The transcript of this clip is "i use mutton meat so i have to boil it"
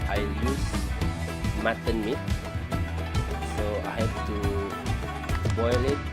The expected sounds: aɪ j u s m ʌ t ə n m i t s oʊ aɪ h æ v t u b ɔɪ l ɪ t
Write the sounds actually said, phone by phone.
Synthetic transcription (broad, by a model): aɪ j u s m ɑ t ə n m i t s oʊ aɪ h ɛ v t u b ɔɪ l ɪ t